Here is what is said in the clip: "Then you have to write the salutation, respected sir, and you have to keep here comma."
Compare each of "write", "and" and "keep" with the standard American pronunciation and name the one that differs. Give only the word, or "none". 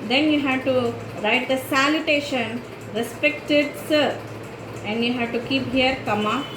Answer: none